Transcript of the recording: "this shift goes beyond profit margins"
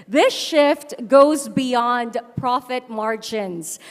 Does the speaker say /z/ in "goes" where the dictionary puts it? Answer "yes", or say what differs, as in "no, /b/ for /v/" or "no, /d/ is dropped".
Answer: yes